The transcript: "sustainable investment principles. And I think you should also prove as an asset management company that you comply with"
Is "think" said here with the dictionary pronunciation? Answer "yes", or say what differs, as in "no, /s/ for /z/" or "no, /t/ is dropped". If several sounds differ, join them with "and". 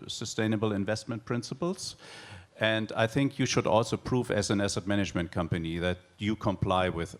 yes